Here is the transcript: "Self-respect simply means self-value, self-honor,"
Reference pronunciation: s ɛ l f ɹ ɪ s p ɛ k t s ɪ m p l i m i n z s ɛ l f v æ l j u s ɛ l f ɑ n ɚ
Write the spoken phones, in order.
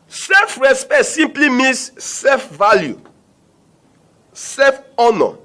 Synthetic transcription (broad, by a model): s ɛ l f ɹ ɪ s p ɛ t s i m p l i m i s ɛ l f v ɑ l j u s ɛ f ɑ n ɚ